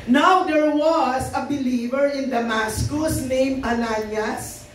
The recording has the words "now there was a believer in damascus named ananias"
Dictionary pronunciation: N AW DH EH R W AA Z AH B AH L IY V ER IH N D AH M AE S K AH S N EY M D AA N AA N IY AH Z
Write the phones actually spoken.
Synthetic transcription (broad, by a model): N AW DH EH R W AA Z AH B AH L IY V ER IH N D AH M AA S K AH S N EY M AA N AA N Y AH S